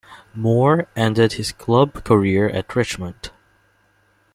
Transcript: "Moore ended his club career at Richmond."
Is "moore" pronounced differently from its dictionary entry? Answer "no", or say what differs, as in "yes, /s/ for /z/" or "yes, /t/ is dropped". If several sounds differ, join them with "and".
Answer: no